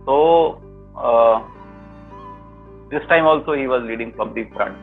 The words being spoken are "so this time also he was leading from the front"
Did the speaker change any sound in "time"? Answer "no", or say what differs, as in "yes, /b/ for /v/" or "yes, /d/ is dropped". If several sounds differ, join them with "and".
no